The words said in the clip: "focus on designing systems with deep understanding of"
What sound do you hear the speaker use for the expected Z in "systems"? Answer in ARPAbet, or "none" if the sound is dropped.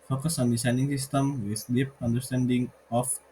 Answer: none